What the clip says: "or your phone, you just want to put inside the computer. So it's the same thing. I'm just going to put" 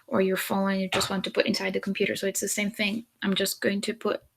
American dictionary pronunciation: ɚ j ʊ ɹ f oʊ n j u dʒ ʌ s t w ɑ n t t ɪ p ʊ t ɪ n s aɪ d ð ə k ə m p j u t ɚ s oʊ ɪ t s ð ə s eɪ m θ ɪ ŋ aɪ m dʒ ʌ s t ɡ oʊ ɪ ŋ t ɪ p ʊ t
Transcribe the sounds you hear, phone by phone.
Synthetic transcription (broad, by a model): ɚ j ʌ ɹ f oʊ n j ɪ dʒ ʌ s t w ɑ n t t ɪ p ʊ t ɪ n s aɪ d ð ə k m p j u t ɚ s oʊ ɪ t s ð ə s eɪ m θ ɪ ŋ aɪ m dʒ ʌ s ɡ oʊ ɪ ŋ t ɪ p ʊ t